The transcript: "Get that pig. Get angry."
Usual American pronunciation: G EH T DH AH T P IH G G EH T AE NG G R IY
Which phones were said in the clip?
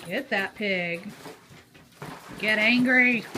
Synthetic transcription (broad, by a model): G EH T DH AH T P IH G G EH T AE NG G R IY